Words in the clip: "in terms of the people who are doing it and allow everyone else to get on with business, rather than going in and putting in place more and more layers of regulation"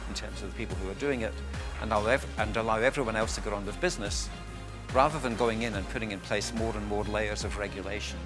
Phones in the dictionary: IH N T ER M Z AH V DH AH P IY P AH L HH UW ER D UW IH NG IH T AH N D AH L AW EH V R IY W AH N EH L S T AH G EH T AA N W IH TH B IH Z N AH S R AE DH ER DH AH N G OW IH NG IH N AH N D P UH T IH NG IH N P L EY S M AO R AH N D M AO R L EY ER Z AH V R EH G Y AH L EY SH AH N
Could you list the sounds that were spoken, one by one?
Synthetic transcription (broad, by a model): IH N T ER M Z AH V DH AH P IY P L HH UW ER D UW IH NG IH T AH N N AH L AW EH V R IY W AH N EH L S T AH G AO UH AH N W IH B IH Z N AH S R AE DH ER DH AH N G OW IH NG IH N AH N P UH T IH NG IH N P L EY S M AO R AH N M AO R L EY ER Z AH V R EH G Y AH L EY SH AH N